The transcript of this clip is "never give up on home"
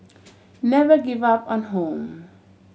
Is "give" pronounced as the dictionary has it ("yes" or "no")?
yes